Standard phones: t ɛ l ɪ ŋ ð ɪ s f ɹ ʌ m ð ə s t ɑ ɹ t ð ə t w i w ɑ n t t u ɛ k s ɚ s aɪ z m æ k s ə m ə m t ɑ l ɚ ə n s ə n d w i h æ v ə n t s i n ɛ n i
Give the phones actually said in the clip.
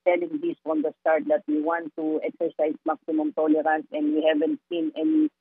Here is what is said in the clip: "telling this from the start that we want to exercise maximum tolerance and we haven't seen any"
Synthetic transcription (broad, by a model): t ɛ l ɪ ŋ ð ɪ s f ɹ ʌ m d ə s t ɑ ɹ t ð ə t w i w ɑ n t t u ɛ k s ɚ s aɪ s m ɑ k s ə m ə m t ɑ l ɚ ə n s ə n d w i h æ v ə n t s i n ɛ n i